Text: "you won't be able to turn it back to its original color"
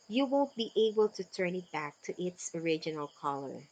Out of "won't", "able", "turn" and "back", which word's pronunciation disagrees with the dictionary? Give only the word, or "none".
none